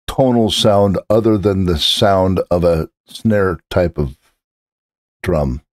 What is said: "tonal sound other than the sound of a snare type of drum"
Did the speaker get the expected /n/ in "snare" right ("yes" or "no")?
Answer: yes